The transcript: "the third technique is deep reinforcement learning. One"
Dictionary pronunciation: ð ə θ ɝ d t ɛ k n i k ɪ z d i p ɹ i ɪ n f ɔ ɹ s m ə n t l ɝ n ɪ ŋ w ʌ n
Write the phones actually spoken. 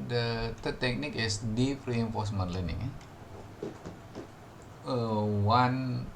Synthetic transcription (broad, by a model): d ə t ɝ t ɛ k n i k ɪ s d i p ɹ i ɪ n f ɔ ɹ s m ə n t l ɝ n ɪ ŋ w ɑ n